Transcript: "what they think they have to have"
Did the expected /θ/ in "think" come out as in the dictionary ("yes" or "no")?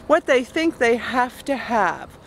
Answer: yes